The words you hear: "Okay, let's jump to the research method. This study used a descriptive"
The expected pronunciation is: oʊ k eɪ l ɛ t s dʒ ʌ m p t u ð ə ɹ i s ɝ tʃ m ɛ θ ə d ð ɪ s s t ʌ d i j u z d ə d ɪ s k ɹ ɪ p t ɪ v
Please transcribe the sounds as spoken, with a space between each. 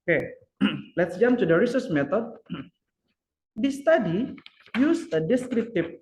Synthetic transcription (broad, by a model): k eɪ l ɛ t s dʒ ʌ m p t u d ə ɹ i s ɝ s m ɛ t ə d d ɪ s s t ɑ d i j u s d ə d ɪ s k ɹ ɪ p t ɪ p